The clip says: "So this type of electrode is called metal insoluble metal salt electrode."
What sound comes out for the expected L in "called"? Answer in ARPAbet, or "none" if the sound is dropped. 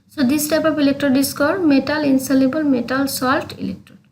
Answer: none